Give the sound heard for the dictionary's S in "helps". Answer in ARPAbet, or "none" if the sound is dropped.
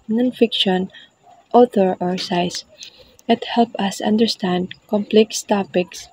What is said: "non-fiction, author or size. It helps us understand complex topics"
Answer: none